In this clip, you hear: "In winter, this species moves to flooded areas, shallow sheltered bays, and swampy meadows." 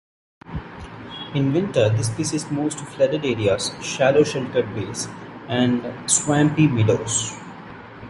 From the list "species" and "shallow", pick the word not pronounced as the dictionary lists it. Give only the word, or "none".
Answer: species